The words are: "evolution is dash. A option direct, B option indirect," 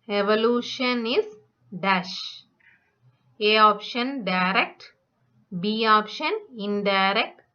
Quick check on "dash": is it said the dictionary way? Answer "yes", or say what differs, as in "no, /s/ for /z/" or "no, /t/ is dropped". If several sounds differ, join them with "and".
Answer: yes